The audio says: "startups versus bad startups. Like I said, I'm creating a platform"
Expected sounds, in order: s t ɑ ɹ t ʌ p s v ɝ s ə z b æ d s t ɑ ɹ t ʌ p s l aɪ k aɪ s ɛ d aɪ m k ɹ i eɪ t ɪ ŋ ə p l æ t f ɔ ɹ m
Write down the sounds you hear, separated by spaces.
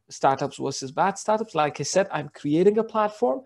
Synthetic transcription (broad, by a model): s t ɑ ɹ t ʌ p s w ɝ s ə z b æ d s t ɑ ɹ t ʌ p s l aɪ k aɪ s ɛ d aɪ m k ɹ i eɪ t ɪ ŋ ə p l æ t f ɔ ɹ m